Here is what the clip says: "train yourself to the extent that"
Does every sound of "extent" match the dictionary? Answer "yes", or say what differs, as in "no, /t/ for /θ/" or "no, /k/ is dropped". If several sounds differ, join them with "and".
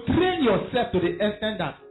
no, /k/ is dropped